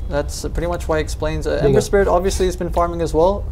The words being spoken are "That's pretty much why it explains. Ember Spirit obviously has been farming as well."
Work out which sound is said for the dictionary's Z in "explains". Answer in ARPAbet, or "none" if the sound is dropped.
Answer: Z